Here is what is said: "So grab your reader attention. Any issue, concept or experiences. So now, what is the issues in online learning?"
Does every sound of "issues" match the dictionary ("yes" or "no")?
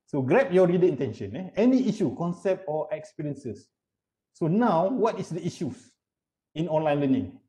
no